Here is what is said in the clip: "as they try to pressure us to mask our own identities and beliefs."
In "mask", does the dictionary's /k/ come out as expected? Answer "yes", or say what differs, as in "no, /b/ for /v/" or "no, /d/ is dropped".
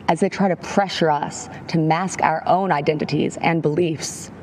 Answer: yes